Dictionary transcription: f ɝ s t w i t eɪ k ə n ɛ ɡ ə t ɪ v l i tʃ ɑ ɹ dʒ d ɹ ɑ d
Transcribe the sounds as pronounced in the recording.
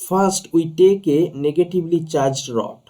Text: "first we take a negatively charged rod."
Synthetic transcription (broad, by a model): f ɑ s t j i t eɪ k ə n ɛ ɡ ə t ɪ b l i tʃ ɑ ɹ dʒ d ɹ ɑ